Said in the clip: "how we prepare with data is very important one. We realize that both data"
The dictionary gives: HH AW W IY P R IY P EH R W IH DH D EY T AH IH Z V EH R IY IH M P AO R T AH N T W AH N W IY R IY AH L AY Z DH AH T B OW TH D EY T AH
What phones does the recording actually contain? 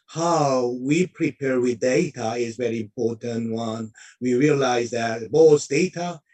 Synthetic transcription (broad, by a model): HH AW W IY P R IY P EH R W IH DH D EY T AH IH Z V EH R IY IH M P AO R T AH N T W AH N W IY R IY AH L AY Z DH AH T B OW S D EY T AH